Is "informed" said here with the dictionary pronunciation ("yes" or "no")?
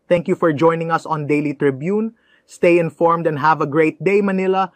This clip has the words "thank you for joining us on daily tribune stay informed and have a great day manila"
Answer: yes